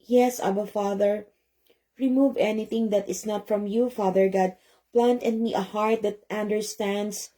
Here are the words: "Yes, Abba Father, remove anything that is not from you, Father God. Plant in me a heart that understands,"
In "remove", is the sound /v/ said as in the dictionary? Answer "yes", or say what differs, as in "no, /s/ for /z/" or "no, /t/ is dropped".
yes